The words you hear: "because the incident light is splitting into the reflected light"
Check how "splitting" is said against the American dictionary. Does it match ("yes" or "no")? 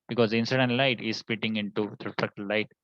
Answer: no